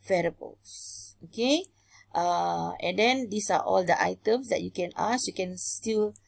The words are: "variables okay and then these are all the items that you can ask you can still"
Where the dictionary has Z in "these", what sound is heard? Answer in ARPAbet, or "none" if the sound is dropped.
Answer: S